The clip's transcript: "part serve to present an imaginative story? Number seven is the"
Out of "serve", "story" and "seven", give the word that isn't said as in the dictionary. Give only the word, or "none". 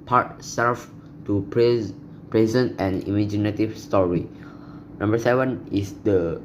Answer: serve